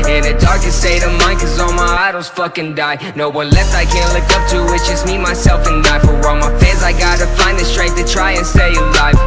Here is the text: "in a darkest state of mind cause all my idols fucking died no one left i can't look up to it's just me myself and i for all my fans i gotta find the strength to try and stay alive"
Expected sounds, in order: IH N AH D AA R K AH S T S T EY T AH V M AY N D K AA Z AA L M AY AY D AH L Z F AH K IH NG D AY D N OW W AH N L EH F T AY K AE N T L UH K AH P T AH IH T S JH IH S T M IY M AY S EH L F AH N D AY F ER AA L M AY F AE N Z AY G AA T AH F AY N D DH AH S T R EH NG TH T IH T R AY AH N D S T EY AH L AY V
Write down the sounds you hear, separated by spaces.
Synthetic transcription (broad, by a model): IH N AH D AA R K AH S S EY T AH M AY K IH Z AA L M AY AY D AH L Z F AH K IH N D AY N OW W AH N L EH F T AY K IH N L UH K AH P T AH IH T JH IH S M IY M AY S EH L F AH N D AY F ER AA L M AY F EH Z AY G AA T AH F AY N DH AH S T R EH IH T T IH T R AY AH N S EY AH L AY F